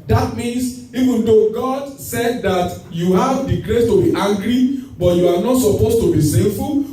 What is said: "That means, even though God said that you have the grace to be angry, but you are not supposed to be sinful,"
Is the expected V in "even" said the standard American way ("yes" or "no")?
yes